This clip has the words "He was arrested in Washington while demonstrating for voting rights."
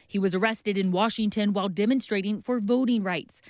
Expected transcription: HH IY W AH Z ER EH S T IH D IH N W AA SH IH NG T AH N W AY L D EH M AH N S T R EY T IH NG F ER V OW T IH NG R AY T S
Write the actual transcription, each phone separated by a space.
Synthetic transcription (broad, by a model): HH IY W AH Z ER EH S T IH D IH N W AA SH IH NG T AH N W AY L D EH M AH N S T R EY T IH NG F ER V OW T IH NG R AY T S